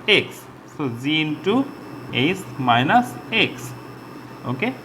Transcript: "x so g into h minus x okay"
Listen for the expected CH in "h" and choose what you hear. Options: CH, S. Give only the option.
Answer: S